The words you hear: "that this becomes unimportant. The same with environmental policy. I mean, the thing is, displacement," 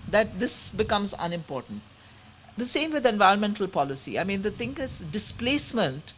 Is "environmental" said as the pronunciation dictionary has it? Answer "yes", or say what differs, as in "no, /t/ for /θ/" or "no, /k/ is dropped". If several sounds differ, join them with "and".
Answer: yes